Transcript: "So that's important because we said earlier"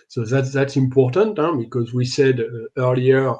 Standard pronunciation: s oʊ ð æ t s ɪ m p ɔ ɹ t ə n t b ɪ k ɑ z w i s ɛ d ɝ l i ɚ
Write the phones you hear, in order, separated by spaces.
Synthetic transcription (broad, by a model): s oʊ ð æ t s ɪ m p ɔ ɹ t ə n t b ɪ k ɑ z w i s ɛ d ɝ l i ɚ